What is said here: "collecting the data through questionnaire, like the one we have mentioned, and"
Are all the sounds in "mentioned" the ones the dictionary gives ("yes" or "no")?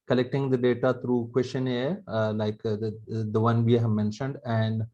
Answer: yes